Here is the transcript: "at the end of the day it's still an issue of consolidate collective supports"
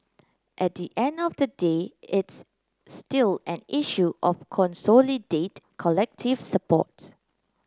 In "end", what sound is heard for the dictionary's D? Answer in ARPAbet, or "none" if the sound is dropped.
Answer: D